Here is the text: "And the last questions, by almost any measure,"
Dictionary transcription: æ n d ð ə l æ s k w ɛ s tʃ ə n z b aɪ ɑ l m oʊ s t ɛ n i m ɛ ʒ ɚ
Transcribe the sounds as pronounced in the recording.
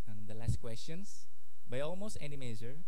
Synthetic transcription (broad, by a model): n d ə l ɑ s k w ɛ s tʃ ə n s b aɪ ɑ l m oʊ s t ɛ n i m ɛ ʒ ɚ